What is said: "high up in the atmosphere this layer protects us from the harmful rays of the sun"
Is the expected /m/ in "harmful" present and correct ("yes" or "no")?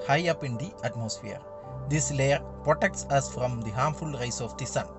yes